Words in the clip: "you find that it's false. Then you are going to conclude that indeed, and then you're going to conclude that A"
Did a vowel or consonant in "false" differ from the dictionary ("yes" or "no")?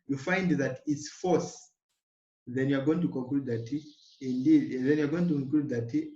yes